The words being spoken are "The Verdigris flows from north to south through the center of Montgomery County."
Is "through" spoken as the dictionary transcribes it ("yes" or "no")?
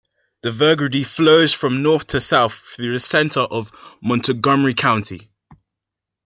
yes